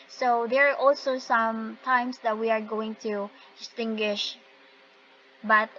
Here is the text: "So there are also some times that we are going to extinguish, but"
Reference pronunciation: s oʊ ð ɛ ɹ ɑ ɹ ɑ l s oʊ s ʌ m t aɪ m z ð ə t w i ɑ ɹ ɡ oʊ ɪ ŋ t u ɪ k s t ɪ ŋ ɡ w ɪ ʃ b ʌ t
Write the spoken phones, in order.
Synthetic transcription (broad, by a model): s oʊ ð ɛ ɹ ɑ ɹ ɑ l s oʊ s ʌ m t aɪ m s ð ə t w i ɑ ɹ ɡ oʊ ɪ ŋ t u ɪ s t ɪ ŋ ɡ w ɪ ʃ b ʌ t